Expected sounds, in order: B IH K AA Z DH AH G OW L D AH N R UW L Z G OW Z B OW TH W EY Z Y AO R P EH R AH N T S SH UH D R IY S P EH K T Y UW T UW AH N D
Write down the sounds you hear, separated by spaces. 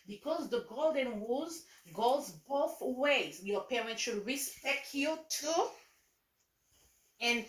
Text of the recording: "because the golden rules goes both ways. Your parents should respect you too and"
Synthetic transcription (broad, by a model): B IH K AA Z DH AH G OW L D AH N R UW Z G OW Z B OW TH W EY Z Y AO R P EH R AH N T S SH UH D R IY S P EH K T Y UW T UW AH N